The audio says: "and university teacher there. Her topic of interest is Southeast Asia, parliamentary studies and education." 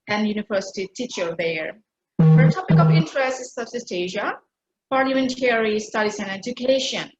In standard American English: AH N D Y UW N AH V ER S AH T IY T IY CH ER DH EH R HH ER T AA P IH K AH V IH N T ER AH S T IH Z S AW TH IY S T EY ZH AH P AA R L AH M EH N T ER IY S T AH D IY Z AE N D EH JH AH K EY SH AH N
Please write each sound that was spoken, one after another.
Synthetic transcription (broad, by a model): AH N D Y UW N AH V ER S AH T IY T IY CH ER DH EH R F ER T AA P IH K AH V IH N T ER AH S T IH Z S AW S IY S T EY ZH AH P AA R L AH M EH N T ER IY S T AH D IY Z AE N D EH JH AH K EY SH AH N